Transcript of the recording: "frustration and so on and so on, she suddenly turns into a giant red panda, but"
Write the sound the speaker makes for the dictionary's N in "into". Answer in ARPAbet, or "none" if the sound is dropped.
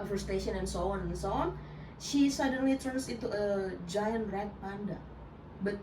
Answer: none